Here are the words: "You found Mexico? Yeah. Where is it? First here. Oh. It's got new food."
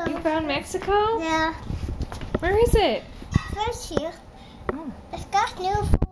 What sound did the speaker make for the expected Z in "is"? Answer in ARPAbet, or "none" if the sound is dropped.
Z